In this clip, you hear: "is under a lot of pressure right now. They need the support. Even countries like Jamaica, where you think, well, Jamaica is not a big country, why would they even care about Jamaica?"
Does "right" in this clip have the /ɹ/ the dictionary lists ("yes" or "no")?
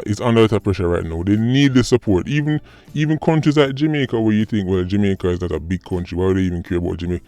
yes